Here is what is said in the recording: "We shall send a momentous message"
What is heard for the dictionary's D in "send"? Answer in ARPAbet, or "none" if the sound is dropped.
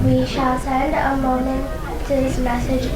D